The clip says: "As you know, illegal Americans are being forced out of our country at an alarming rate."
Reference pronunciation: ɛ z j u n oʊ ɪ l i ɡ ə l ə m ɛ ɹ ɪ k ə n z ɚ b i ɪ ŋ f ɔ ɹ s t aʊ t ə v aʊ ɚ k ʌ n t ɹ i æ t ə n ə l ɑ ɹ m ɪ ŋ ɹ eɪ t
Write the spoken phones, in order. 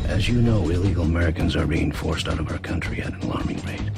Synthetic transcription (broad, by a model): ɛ z j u n oʊ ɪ l i ɡ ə l ə m ɛ ɹ ɪ k ə n z ɚ b i ɪ ŋ f ɔ ɹ s t aʊ t ə v aʊ ɚ k ʌ n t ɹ i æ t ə n l ɑ ɹ m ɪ ŋ ɹ eɪ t